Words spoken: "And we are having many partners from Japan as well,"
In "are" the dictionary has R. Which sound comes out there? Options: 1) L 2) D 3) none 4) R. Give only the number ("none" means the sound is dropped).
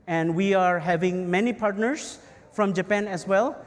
4